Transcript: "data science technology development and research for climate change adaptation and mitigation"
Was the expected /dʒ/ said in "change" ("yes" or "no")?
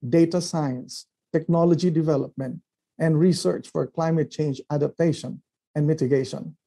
yes